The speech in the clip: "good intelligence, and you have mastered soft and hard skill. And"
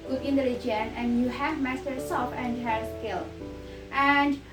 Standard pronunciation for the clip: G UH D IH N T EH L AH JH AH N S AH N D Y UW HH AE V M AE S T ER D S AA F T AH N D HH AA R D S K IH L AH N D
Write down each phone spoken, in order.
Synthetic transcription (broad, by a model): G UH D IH N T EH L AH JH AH N AH N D Y UW HH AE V M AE S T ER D S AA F AH N D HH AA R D S K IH L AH N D